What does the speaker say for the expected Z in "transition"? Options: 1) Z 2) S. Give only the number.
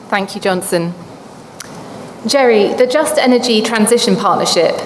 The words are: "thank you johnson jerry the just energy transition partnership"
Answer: 1